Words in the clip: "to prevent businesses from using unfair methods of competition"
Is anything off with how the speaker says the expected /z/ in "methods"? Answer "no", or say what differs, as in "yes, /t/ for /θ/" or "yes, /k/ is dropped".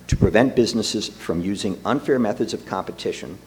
no